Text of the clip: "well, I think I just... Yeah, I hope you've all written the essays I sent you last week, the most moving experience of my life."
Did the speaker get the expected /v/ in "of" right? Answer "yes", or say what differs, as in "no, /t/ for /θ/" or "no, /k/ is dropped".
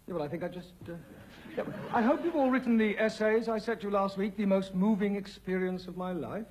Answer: yes